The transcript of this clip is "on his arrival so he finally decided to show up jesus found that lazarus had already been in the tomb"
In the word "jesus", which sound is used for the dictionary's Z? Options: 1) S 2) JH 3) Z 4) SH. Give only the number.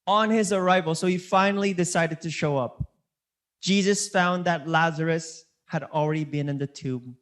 3